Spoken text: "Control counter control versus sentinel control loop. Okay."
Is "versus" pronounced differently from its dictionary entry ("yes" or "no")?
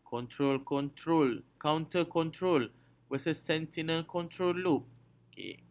yes